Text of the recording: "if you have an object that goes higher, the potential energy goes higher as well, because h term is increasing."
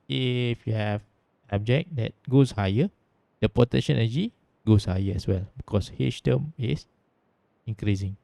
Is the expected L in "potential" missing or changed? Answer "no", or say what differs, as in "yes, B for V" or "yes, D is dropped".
yes, N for L